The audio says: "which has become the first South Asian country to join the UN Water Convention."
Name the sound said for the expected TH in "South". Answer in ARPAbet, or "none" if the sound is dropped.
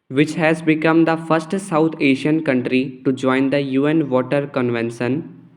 T